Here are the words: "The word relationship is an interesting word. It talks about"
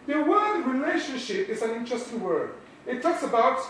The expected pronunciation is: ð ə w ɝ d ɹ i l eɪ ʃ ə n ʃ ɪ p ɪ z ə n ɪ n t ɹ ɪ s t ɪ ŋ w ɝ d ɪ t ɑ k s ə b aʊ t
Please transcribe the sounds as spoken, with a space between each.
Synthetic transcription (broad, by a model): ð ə w ɝ d ɹ i l eɪ ʃ ə n ʃ ɪ p ɪ z ə n ɪ n t ɹ ɪ s t ɪ ŋ w ɝ d ɪ t ɑ k s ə b aʊ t